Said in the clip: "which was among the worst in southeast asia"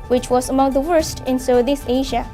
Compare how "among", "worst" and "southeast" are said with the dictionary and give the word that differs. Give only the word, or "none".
southeast